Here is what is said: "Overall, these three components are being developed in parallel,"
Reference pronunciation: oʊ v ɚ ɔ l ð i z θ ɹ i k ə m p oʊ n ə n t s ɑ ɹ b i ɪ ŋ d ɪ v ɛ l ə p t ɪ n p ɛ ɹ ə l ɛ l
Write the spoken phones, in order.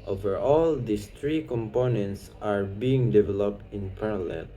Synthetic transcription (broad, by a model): oʊ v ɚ ɔ l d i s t ɹ i k ə m p oʊ n ə n t s ɑ ɹ b i ɪ ŋ d ɪ v ɛ l ə p t ɪ n p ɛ ɹ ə l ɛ l